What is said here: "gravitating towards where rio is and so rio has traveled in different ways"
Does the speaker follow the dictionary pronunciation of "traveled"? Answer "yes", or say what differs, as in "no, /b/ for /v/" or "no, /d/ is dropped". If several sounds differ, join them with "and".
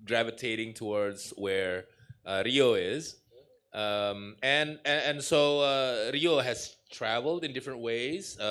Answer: yes